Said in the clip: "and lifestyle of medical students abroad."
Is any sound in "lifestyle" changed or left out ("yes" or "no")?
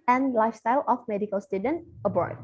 no